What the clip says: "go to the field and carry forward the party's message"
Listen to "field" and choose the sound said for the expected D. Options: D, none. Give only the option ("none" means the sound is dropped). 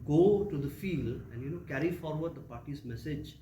D